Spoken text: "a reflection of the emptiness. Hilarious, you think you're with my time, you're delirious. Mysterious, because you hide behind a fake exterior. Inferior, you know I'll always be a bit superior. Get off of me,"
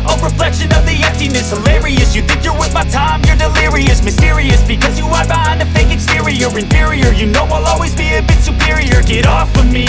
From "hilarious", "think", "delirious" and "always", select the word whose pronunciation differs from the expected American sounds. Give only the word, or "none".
none